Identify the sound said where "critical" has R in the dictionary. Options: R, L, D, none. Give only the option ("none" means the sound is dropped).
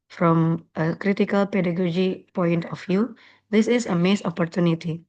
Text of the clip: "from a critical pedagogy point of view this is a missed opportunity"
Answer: R